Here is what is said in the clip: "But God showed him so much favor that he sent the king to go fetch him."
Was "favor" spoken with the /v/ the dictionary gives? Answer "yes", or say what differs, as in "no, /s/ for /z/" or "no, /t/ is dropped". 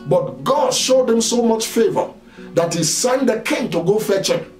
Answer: yes